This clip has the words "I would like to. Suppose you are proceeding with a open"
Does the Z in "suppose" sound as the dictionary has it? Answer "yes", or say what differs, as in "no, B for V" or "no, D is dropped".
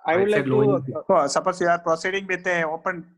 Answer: no, S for Z